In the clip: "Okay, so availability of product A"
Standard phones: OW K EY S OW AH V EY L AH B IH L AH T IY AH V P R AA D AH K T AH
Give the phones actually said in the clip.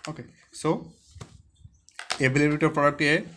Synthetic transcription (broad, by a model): OW K EY S OW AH B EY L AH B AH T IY P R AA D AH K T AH